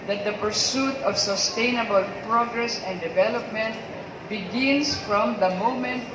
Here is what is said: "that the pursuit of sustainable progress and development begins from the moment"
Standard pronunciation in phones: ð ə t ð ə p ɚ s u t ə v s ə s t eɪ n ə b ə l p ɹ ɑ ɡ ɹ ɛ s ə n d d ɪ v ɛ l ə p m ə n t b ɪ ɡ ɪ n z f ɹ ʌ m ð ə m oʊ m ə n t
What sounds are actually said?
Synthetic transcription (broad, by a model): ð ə t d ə p ɚ s u t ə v s ə s t eɪ n ə b ə l p ɹ ɑ ɡ ɹ ɛ s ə n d d ɪ v ɛ l ə p m ə n t b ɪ ɡ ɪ n s f ɹ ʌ m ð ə m oʊ m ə n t